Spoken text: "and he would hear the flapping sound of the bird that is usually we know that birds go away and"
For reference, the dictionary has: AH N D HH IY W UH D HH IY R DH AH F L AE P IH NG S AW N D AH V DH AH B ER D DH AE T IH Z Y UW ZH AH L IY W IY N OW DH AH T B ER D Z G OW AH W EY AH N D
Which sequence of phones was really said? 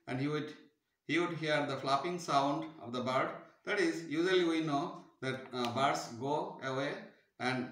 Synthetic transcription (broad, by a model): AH N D HH IY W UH D HH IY R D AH F L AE P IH NG S AW N D AH V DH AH B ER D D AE T IH Z Y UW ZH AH L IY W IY N OW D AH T B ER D S G OW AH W EY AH N D